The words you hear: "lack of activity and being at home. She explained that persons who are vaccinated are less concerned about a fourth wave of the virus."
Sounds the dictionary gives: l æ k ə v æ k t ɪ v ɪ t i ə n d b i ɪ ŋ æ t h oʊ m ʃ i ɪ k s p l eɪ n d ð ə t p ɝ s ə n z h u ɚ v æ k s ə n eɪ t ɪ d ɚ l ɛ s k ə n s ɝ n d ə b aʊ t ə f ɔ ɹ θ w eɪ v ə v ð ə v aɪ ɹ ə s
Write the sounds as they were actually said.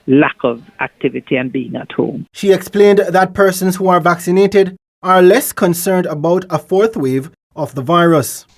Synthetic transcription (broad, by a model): l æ k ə v æ k t ɪ v ɪ t i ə n b i ɪ ŋ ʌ t h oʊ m ʃ i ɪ k s p l eɪ n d ð ə t p ɝ s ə n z h u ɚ v æ k s ə n eɪ t ɪ d ɚ l ɛ s k ə n s ɝ n d ə b aʊ t ə f ɔ ɹ θ w eɪ v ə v ð ə v aɪ ɹ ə s